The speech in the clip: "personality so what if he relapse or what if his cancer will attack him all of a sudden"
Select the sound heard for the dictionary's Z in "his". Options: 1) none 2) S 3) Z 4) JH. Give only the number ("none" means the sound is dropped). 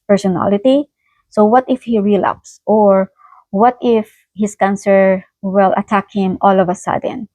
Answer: 2